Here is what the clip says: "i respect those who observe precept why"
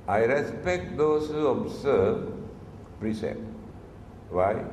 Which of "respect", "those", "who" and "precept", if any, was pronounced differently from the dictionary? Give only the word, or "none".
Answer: those